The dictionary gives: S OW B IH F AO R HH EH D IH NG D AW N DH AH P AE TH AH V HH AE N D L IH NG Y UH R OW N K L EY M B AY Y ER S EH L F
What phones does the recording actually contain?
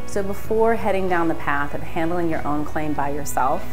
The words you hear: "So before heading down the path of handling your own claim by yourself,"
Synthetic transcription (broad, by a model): S OW B IH F AO R HH EH D IH NG D AW N DH AH P AE TH AH V HH AE N D L IH NG Y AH R OW N K L EY M B AY Y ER S EH L F